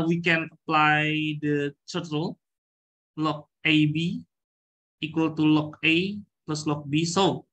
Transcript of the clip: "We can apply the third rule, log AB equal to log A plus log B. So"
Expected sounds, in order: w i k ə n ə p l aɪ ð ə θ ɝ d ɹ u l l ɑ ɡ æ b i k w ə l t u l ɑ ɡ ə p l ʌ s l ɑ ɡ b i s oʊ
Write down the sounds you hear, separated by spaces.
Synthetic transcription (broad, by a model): w i k ə n ə p l aɪ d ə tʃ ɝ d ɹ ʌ l l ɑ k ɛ b i k w ə l t u l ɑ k ə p l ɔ s l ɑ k b i s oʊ